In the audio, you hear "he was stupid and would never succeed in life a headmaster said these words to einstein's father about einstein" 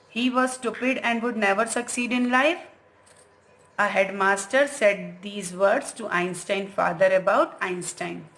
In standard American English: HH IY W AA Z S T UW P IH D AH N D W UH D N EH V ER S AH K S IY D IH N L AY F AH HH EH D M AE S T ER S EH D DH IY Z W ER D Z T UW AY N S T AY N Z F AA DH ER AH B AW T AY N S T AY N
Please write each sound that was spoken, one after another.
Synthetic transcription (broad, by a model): HH IY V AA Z S T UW P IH D AH N D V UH D N EH V ER S AH K S IY D IH N L AY F AH HH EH D M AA S T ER S EH D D IY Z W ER D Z T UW AY N S T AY N F AA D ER AH B AW T AY N S T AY N